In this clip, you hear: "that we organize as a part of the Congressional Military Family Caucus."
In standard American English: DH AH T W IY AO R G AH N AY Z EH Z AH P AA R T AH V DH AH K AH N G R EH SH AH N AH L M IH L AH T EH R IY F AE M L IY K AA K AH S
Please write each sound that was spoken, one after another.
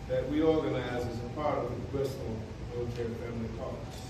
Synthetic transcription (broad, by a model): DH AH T W IY AO R G AH N AY Z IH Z AH P AA R T AH V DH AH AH G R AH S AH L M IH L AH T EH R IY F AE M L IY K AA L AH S